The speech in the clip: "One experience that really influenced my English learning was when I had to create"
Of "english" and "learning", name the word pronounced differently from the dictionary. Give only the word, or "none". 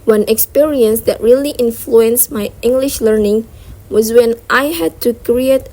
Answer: none